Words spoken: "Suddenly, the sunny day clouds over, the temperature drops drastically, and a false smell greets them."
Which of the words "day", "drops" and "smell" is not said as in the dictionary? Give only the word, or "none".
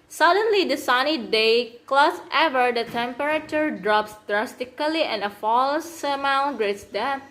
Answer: smell